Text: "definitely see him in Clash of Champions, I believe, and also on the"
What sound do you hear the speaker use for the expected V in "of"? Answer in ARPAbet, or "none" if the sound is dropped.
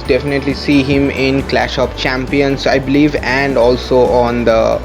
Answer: P